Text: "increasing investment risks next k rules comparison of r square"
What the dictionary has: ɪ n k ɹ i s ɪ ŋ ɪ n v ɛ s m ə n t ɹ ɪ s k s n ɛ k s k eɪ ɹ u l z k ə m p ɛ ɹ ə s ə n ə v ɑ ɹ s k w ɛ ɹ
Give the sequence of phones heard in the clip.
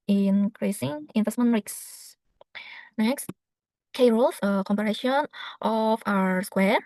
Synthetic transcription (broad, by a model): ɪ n k ɹ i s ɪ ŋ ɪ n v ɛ s m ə n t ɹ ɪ k s n ɛ k s k eɪ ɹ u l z k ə m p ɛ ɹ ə ʃ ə n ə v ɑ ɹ s k w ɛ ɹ